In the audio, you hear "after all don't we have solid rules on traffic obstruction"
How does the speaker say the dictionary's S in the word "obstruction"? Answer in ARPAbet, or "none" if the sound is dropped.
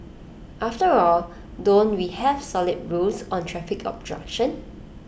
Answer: none